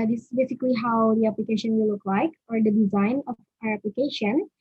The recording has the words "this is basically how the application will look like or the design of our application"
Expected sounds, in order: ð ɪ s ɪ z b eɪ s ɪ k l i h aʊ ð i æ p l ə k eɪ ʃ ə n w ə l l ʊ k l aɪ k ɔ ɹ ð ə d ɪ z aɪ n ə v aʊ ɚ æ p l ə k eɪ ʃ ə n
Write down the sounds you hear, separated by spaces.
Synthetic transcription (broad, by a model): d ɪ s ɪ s b eɪ s ɪ k l i h aʊ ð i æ p l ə k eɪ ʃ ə n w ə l l ʊ k l aɪ k ɔ ɹ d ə d ɪ z aɪ n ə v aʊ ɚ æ p l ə k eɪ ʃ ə n